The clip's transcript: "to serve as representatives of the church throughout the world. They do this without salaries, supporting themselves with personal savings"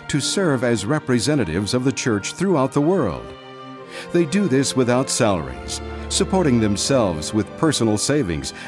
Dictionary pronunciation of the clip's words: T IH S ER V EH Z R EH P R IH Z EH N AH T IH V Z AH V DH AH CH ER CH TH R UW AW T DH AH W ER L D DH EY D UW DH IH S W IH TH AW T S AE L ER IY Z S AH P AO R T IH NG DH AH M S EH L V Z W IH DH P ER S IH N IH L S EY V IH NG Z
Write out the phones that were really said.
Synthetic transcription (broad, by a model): T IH S ER V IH Z R EH P R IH Z EH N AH T IH V Z AH V DH AH CH ER CH TH R UW AW T DH AH W ER L D DH EY D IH DH IH S W IH TH AW T S AE L ER IY Z S AH P AO R T IH NG DH AH M S EH L V Z W IH DH P ER S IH N L S EY V IH NG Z